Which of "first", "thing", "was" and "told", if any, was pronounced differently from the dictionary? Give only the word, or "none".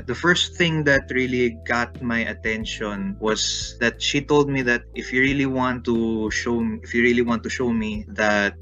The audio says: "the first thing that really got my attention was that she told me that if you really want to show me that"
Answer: was